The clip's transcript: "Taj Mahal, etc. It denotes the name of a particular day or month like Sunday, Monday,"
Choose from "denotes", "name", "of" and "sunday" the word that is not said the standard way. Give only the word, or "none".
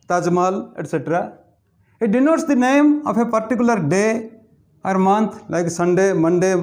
of